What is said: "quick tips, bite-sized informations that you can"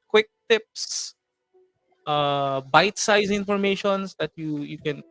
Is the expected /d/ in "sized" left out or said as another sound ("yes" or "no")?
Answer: yes